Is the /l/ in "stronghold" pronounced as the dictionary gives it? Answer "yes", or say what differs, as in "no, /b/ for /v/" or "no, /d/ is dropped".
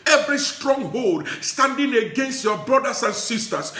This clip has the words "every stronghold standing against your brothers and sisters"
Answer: yes